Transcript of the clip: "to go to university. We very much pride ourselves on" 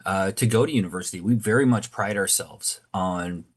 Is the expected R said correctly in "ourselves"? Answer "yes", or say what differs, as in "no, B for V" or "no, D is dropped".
yes